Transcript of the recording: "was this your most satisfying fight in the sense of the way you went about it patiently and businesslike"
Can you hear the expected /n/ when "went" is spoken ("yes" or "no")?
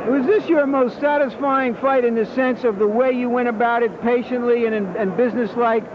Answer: no